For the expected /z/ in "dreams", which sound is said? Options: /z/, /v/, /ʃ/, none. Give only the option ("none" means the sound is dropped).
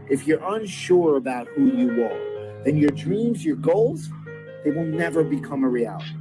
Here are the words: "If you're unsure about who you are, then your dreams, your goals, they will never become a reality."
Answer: /z/